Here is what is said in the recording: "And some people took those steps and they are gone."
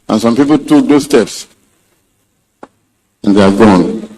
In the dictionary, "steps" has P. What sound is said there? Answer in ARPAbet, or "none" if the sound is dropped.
P